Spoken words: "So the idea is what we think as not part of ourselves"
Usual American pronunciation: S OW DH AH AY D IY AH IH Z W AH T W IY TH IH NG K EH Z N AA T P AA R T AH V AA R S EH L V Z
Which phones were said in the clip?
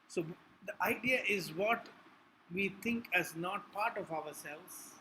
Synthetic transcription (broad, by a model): S OW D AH AY D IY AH IH Z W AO T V IY T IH NG K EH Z N AA T P AA R T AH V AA R S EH L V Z